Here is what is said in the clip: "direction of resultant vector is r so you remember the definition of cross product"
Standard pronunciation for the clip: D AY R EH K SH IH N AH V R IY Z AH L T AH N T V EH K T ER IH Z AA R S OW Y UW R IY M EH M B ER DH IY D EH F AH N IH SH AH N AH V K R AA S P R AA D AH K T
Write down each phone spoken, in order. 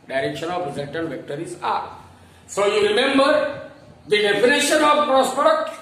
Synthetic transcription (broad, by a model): D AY R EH K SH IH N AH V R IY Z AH N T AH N V EH K T ER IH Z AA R S OW Y UW R IY M EH M B ER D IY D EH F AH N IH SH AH N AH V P R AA S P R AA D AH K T